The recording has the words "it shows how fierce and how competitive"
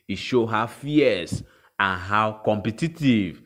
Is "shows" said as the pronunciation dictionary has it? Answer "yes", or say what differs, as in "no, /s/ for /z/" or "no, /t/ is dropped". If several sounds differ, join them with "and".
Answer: no, /z/ is dropped